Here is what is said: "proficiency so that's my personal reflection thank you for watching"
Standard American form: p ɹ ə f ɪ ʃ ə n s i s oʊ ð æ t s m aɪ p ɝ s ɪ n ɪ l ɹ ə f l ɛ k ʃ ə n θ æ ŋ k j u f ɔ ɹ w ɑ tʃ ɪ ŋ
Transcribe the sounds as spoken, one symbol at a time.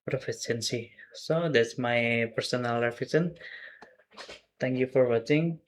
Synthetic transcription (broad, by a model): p ɹ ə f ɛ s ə n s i s oʊ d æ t s m aɪ p ɝ s ɪ n ɪ l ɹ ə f ɛ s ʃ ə n t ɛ ŋ k j u f ɔ ɹ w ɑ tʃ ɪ ŋ